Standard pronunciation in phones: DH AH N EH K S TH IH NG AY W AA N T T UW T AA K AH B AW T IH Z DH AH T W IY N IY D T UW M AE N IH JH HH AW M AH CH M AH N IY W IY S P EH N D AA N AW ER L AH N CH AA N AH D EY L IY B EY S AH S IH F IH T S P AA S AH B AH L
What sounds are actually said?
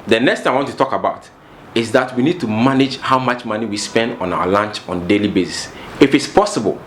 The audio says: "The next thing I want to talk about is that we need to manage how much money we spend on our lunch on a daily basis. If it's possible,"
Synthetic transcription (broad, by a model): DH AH N EH K S T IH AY W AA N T T UW T AA K AH B AW T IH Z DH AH T W IY N IY D T UW M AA N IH JH HH AW M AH CH M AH N IY W IY S P EH N D AA N AW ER L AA N CH AA N D EY L IY B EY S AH S IH F IH T S P AA S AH B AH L